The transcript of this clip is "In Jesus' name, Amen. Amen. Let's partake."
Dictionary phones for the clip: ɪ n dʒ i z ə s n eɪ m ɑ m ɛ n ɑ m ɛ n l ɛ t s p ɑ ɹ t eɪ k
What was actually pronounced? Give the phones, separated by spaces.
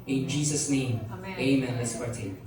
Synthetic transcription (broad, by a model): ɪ n dʒ i z ə s n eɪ ɑ m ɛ ɑ m ɛ n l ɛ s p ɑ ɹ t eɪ